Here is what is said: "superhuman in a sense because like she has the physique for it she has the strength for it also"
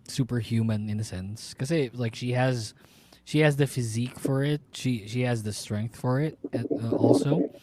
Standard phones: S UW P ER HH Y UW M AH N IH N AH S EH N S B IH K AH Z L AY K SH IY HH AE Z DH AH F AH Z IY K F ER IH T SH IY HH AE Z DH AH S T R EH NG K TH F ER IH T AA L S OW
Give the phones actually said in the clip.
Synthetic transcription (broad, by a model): S UW P ER HH Y UW M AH N IH N AH S EH N S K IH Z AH L AY K SH IY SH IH Z DH AH F AH Z IY K F ER IH T SH IY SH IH Z DH AH S T R EH NG K TH F ER IH T AA L S OW